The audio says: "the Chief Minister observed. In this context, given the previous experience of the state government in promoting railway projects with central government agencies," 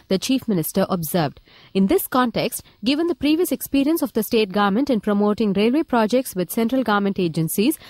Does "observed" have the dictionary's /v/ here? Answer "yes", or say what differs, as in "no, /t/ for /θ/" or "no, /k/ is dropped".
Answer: yes